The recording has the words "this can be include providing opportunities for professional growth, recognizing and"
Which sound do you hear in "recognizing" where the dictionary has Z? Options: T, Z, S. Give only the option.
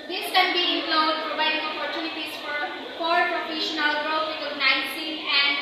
S